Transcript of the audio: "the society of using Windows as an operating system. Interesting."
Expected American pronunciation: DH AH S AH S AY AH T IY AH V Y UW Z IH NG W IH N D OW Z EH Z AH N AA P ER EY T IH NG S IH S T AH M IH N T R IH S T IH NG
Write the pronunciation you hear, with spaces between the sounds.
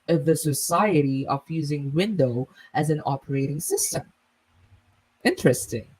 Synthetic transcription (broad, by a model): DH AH S AH S AY AH T IY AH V Y UW Z IH NG W IH N D OW IH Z AH N AA P ER EY T IH NG S IH S T AH M IH N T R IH S T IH NG